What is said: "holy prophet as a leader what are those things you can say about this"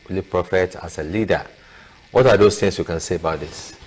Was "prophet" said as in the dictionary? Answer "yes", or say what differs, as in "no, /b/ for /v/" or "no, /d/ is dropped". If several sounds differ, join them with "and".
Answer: yes